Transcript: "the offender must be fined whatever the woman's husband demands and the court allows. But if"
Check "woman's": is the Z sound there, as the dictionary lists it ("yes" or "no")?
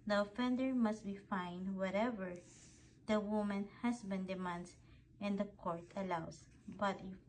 no